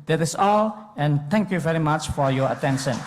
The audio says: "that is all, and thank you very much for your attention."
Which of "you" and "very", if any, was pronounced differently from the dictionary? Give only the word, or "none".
none